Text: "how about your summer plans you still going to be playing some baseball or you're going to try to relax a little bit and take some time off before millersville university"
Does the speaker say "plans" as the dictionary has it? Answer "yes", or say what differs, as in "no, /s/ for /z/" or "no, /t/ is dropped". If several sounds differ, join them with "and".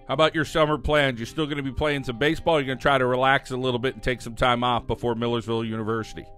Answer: yes